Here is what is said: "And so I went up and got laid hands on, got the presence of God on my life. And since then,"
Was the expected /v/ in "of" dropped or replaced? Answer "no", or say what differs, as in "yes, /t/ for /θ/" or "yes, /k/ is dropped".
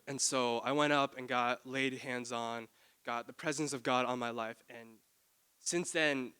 no